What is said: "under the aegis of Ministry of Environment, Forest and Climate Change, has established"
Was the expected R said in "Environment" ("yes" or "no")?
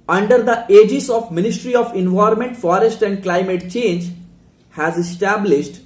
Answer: no